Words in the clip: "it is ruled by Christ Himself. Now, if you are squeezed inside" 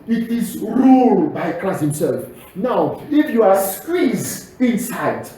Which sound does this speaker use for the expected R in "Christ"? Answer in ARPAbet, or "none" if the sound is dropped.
L